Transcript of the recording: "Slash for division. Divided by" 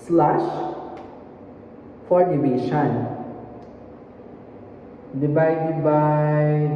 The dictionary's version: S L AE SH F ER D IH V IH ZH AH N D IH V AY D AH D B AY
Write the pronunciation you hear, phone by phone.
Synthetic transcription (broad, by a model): S L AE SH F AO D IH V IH SH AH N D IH B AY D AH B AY